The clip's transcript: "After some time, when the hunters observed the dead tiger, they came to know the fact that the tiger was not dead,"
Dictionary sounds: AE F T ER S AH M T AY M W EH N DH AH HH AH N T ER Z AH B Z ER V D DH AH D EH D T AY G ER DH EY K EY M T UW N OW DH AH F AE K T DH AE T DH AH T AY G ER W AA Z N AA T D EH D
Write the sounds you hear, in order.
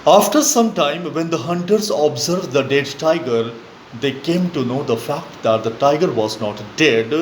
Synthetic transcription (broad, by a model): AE F T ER S AH M T AY M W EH N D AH HH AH N T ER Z AH B Z ER V D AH D EH D T AY G ER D EY K EY M T UW N OW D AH F AE K T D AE T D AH T AY G ER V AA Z N AA T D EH D